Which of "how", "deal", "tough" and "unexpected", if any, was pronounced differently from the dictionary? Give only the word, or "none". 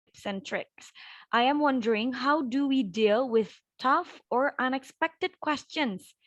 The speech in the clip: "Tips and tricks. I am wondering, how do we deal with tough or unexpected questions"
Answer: none